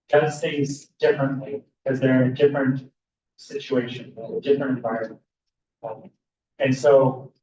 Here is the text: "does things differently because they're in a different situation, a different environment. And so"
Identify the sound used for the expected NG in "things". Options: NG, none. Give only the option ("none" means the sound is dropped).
none